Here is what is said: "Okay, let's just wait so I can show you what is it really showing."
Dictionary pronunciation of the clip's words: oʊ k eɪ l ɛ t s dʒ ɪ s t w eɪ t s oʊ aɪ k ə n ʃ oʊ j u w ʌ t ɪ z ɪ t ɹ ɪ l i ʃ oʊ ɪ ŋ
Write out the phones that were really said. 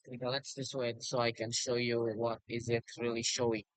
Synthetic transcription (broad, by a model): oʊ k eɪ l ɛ t s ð ɪ s w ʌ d s oʊ aɪ k ə n ʃ oʊ j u w ʌ t ɪ z ɪ t ɹ ɪ l i ʃ oʊ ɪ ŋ